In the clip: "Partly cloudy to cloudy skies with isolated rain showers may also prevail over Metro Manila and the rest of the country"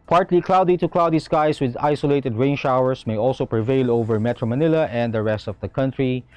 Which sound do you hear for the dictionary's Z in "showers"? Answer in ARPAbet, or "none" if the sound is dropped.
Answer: S